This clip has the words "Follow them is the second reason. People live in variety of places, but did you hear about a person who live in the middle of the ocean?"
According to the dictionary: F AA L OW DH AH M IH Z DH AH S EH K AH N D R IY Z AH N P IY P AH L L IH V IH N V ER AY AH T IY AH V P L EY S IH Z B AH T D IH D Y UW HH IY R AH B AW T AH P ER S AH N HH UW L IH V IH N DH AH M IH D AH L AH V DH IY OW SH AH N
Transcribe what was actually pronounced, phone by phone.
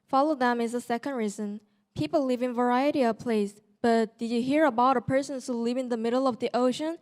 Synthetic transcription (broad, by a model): F AA L OW DH AH M IH Z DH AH S EH K AH N D R IY Z AH N P IY P L L IH V IH N V ER AY AH T IY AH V P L EY IH S B AH T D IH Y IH HH IY R AH B AW T AH P ER S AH N HH UW L IH V IH N DH AH M IH D L AH V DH IY OW SH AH N